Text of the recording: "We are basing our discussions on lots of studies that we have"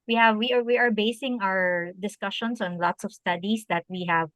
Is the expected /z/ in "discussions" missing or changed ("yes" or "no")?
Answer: yes